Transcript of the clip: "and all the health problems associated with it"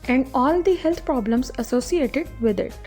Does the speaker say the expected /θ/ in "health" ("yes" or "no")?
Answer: no